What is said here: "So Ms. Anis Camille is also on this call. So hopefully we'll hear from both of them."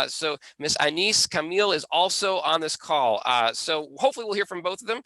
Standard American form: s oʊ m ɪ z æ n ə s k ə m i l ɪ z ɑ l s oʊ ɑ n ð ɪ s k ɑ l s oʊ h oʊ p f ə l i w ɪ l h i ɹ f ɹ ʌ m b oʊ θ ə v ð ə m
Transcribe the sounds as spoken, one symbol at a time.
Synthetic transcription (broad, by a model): s oʊ m ɪ s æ n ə s k ə m i l ɪ z ɑ l s oʊ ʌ n ð ɪ s k ɑ l s oʊ h oʊ p f l i w ɪ l h i ɹ f ɹ ʌ m b oʊ θ ə v ð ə m